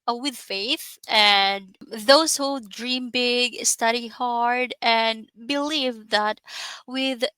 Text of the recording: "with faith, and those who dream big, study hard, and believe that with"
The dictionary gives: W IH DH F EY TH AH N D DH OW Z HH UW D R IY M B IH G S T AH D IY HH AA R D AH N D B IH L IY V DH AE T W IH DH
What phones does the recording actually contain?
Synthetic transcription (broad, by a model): W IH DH F EY TH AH N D DH OW Z HH UW D R IY M B IH G S T AH D IY HH AA R D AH N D B IH L IY V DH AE T W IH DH